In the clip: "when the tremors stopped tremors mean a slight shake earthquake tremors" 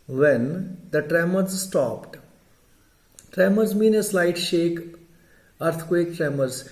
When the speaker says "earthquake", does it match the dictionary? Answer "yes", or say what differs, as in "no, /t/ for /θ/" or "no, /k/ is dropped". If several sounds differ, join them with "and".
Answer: no, /t/ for /θ/